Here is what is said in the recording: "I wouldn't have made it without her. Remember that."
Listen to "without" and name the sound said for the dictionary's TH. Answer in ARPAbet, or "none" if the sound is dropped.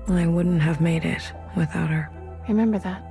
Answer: TH